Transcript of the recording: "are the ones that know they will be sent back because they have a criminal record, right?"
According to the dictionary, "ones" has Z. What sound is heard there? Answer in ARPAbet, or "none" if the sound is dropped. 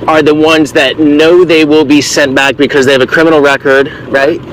Z